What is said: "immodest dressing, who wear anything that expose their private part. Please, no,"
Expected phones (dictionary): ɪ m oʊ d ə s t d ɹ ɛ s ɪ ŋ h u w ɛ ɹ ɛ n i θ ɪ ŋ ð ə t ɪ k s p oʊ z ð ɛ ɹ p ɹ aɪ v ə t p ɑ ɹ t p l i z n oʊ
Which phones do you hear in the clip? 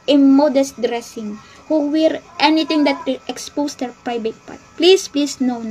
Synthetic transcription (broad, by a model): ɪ m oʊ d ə s t d ɹ ɛ s ɪ ŋ h u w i ɹ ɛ n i t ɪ ŋ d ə t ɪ k s p oʊ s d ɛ ɹ p ɹ aɪ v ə t p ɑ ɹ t p l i s n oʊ